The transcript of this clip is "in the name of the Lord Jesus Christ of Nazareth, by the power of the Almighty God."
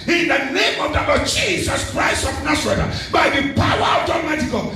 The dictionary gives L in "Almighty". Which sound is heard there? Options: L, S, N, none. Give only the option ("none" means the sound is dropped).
none